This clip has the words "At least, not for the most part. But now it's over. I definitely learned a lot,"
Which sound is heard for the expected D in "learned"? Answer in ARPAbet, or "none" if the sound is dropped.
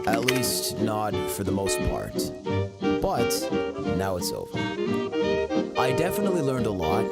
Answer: D